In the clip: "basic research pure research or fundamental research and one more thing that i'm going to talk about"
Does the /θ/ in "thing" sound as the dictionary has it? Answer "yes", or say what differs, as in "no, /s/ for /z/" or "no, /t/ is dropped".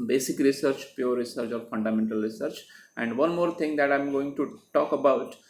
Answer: no, /t/ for /θ/